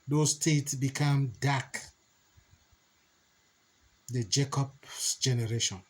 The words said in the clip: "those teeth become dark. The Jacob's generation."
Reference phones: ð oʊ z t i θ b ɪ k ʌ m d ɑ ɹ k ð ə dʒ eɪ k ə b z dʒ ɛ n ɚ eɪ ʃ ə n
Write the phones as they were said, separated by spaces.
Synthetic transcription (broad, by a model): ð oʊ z t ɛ t b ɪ k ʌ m d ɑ k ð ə dʒ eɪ k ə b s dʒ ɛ n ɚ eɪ ʃ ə n